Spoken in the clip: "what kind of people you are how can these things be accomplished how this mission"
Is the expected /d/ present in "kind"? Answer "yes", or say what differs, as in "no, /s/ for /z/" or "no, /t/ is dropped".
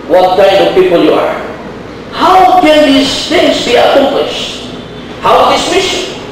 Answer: no, /d/ is dropped